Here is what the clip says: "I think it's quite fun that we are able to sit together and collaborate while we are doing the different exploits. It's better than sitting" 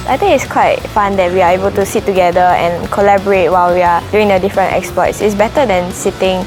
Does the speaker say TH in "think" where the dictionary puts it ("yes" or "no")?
no